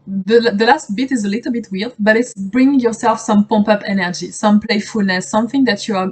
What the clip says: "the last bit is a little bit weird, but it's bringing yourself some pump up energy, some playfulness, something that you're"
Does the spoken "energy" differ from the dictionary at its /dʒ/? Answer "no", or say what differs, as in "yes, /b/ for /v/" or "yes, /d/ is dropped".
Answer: no